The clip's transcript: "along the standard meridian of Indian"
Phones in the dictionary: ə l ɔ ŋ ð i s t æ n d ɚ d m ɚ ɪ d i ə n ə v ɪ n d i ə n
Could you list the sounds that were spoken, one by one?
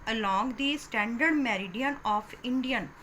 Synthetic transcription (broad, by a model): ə l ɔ ŋ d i s t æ n d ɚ d m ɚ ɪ d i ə n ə p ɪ n d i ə n